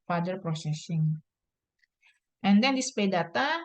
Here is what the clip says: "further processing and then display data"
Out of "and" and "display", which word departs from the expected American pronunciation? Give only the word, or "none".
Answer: display